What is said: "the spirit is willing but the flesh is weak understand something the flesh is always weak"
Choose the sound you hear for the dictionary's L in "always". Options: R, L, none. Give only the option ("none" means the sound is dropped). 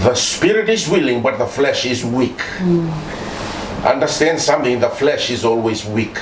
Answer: L